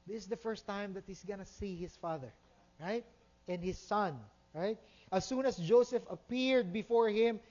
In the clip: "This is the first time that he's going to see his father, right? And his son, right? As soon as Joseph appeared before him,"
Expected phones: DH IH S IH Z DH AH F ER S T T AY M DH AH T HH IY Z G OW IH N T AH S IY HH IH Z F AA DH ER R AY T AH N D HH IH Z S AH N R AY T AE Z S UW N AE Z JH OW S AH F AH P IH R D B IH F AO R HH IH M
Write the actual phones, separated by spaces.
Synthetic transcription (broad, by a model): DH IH S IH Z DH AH F ER S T T AY M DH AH T HH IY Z G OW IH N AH S IY HH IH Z F AA DH ER R AY T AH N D HH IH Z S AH N R AY T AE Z S UW N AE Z JH OW S AH F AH P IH R D B IH F AO R HH IH M